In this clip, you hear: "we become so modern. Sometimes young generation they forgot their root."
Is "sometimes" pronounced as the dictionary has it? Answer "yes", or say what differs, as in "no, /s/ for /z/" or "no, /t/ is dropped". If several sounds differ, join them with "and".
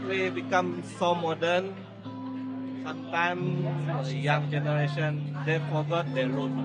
no, /z/ is dropped